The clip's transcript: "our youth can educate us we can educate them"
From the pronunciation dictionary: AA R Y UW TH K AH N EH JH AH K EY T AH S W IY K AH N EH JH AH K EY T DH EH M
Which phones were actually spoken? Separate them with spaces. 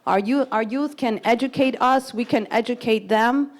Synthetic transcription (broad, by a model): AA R Y UW TH K AH N EH JH AH K EY T AH S W IY K AH N EH JH AH K EY T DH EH M